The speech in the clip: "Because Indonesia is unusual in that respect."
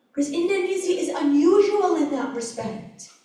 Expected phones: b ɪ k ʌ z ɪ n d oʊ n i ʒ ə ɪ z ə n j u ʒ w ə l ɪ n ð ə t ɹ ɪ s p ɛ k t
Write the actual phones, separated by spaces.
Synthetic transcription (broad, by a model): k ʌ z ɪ n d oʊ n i z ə ɪ z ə n j u ʒ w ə l ɪ n ð ə t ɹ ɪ s p ɛ k t